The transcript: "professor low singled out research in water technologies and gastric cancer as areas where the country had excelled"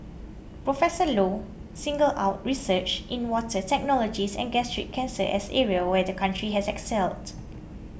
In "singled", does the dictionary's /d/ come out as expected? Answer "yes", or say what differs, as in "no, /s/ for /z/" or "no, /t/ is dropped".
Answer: no, /d/ is dropped